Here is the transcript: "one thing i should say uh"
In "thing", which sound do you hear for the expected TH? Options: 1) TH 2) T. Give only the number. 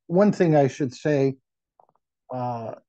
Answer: 1